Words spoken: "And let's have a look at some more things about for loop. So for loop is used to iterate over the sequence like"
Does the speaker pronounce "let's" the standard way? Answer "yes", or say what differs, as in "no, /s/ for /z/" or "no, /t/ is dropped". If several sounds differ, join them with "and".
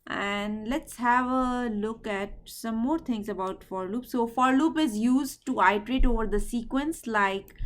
yes